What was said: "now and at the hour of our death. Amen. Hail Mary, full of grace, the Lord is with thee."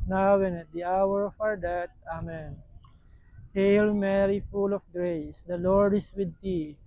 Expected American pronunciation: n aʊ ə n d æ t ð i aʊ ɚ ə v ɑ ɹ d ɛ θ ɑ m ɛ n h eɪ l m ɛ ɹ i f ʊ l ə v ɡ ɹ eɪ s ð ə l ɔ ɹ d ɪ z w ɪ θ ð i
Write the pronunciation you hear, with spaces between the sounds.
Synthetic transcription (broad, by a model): n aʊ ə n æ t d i aʊ ɚ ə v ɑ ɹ d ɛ t ɑ m ɛ n h eɪ l m ɛ ɹ i f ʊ l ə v ɡ ɹ eɪ s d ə l ɔ ɹ d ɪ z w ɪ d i